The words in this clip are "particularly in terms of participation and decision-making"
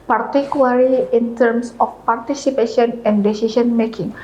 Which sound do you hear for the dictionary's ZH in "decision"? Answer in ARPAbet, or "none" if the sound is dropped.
S